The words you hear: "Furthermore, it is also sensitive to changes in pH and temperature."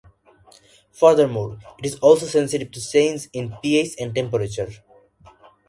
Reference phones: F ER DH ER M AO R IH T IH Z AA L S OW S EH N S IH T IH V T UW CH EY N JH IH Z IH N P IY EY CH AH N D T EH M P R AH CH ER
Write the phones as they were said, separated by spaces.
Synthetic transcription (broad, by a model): F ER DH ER M AO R IH T IH Z AA L S OW S EH N S IH T IH V T UW S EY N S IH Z IH N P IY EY S AH N D T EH M P R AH CH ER